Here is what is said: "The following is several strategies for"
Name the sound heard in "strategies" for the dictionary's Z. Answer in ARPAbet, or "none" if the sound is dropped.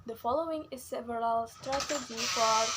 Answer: none